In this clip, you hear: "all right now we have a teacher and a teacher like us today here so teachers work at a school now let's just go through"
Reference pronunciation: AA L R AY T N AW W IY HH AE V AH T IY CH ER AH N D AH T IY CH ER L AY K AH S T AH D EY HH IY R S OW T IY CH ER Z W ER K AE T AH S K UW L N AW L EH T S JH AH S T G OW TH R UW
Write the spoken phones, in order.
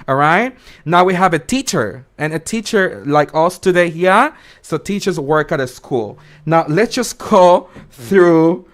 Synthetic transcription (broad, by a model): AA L R AY T N AW W IY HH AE V AH T IY CH ER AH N AH T IY CH ER L AY K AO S T AH D EY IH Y S OW T IY CH ER Z W ER K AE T AH S K UW L N AW L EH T S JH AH S G OW TH R UW